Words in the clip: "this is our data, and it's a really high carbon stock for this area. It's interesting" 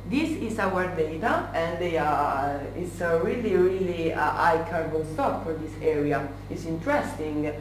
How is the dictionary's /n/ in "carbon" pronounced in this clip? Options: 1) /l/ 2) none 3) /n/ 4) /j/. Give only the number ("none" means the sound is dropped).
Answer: 1